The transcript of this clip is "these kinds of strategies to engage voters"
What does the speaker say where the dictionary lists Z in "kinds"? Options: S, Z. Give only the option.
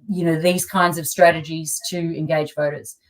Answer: Z